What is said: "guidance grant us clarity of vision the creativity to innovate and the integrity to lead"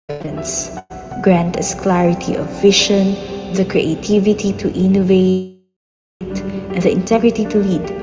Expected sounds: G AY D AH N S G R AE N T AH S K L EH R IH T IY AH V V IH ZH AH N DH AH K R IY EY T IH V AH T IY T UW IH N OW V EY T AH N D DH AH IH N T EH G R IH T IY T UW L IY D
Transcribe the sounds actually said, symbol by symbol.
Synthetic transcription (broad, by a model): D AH N S G R AE N T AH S K L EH R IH T IY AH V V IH SH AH N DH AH K R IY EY T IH V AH T IY T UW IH N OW V EY T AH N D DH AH IH N T EH G R IH T IY T UW L IY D